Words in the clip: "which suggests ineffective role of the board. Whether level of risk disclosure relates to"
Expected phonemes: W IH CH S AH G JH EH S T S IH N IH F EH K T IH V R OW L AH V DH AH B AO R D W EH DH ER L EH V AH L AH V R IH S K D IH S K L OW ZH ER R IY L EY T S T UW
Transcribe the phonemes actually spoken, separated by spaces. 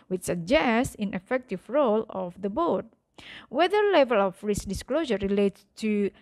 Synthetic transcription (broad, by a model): W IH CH S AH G JH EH S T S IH N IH F EH K T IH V R OW L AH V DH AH B AO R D W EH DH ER L EH V AH L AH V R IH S D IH S K L OW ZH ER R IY L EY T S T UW